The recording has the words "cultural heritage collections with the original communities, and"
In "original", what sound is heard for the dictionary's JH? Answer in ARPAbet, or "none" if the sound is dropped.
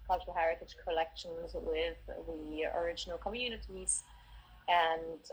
JH